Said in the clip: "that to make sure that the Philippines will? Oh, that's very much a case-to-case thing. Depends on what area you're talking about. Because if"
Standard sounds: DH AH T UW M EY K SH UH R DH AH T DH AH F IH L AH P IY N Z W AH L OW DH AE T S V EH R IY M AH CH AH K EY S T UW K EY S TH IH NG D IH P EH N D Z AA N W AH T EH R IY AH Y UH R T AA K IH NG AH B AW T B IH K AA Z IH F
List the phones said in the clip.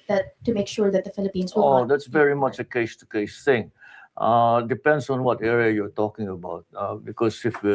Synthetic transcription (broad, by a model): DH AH T UW M EY K SH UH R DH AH T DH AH F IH L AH P IY N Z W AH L OW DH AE T S V EH R IY M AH CH AH K EY S T UW K EY S S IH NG D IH P EH N D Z AA N W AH T EH R IY AH Y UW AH T AA K IH NG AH B AW T B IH K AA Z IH F